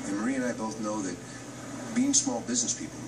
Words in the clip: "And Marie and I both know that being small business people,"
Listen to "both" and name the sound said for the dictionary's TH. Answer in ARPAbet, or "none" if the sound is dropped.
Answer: TH